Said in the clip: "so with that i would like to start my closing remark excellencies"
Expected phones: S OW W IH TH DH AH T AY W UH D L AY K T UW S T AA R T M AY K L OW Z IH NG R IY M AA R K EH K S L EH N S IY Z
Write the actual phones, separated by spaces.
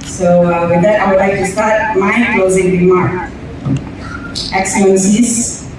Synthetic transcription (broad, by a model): S OW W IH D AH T AY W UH D L AY K T UW S T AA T M AY K L OW Z IH NG R IY M AA R K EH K S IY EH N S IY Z